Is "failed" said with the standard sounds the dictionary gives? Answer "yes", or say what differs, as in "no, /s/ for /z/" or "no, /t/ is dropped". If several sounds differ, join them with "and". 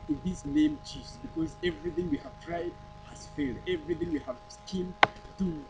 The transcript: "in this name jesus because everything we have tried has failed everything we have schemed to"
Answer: yes